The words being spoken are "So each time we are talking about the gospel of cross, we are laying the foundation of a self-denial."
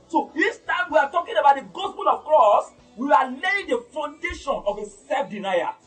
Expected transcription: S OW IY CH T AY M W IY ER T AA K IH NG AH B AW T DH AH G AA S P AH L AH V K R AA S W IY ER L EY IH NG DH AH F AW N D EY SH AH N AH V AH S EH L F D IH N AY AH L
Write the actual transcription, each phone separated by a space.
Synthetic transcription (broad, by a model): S OW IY S T AY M W IY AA T AA K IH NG AH B AW T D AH G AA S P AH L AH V K R AA S W IY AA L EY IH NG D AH F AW N D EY SH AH N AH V AH S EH F D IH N AY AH